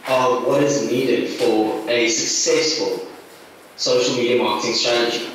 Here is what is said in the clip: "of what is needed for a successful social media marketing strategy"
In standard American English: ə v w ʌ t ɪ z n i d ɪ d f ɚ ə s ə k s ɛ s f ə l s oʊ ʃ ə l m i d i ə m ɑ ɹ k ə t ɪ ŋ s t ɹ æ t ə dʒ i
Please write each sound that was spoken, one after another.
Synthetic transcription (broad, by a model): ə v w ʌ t ɪ z n i d ɪ d f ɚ ə s ə k s ɛ s f ə l s oʊ ʃ ə l m i d i ə m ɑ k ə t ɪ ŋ s t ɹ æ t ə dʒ i